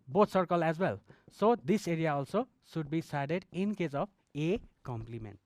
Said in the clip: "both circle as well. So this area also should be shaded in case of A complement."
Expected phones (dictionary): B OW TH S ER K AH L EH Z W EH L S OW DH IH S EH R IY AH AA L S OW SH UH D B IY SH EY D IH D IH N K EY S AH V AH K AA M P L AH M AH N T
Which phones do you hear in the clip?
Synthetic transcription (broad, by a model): B OW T S ER K AH L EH Z W EH L S OW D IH S EH R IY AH AA L S OW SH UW D B IY S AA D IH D IH N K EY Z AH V AH K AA M P L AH M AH N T